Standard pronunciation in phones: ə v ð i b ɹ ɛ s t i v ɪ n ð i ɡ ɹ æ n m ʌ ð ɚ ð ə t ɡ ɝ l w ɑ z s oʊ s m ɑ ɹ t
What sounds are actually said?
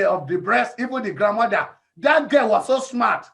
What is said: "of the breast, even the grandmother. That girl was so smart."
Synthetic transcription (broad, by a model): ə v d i b ɹ ɛ s t i v ɪ n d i ɡ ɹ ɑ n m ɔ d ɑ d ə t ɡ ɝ w ɑ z s oʊ s m ɑ t